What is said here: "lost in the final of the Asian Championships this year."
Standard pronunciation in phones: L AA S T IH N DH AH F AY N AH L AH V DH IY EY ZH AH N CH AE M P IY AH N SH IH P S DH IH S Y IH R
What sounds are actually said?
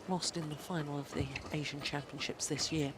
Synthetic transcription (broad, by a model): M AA S T IH N DH AH F AY N AH L AH V DH IY EY ZH AH N CH AE M P IY AH N SH IH P S DH IH S Y IH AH